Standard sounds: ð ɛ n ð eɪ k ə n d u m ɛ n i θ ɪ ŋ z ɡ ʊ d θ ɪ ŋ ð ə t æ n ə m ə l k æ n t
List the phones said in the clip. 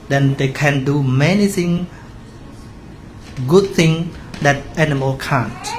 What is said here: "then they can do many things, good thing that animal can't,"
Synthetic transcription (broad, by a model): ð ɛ n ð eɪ k ə n d u m ɛ n i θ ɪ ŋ ɡ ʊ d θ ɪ ŋ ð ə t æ n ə m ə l k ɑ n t